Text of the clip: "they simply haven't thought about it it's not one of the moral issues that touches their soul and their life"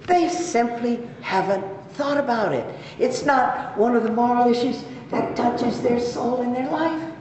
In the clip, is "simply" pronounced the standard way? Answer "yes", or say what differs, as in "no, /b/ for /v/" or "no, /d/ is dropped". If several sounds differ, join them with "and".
yes